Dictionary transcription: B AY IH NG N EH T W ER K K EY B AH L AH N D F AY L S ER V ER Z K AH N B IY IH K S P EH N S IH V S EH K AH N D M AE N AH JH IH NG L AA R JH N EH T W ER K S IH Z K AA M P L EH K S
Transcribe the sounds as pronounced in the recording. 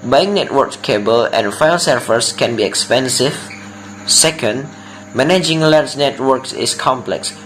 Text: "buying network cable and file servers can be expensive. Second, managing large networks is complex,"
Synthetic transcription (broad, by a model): B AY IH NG N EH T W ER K K EY B AH L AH N F AY L S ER F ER S K AH N B IY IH K S P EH N S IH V S EH K AH N D M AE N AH JH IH NG L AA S N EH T W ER K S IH S K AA M P L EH K S